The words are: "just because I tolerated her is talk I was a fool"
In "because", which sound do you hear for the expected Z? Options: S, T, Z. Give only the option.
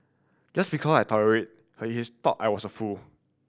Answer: S